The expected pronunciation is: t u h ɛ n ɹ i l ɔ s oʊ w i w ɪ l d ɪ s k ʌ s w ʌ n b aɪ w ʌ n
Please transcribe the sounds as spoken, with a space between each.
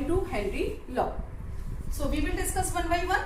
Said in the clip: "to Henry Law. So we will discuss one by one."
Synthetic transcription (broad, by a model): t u h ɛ ɹ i l ɔ s oʊ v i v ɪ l d ɪ s k ʌ s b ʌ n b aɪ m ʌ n